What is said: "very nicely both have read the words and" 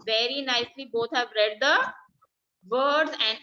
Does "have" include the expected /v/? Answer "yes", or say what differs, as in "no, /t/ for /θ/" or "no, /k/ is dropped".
yes